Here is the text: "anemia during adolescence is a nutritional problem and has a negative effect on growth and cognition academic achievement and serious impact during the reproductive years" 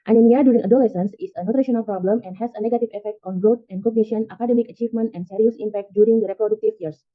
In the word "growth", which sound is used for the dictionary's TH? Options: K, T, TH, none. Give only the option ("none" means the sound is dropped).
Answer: T